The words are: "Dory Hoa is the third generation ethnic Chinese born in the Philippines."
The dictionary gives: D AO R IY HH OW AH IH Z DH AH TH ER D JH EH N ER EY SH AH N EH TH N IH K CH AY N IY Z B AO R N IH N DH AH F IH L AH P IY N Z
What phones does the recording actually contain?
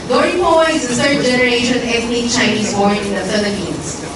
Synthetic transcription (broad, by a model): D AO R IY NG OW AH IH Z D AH S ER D JH EH N ER EY SH AH N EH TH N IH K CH AY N IY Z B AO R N IH N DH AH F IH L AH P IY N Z